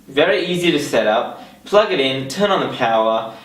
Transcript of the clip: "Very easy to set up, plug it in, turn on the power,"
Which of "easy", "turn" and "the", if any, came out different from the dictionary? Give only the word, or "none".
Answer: none